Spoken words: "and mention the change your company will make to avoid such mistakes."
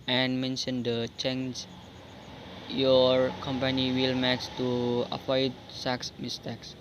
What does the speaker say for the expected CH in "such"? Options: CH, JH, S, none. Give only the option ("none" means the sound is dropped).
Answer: S